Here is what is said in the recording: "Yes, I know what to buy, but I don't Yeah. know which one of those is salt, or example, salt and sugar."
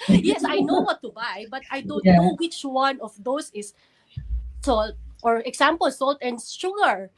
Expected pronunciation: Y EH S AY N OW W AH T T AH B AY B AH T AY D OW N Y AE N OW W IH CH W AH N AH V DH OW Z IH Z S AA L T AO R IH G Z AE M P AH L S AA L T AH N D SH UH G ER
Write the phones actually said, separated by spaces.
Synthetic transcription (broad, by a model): Y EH S AY N OW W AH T T AH B AY B AH T AY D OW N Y N OW W IH CH W AH N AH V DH OW S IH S S AA L T AO R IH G S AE M P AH L S AA L T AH N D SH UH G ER